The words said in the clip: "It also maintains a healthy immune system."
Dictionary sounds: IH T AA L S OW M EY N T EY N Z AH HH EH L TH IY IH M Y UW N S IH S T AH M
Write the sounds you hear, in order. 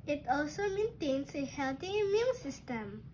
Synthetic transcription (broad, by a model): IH T AA L S OW M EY N T EY N S AH HH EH L T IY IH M Y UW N S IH S T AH M